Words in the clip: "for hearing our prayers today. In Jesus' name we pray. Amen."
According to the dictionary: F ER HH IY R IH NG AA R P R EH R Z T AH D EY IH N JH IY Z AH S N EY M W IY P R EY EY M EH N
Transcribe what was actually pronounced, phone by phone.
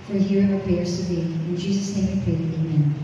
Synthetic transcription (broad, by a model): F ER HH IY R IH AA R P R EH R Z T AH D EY IH N JH IY Z AH S N EY M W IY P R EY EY M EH N